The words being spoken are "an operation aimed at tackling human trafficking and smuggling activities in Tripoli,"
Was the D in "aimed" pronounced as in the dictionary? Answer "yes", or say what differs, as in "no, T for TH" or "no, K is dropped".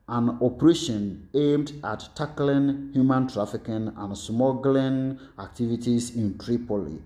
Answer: yes